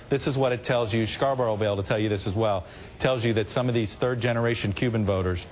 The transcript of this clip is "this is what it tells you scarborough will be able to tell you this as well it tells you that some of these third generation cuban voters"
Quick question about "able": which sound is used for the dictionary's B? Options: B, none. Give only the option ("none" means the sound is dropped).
none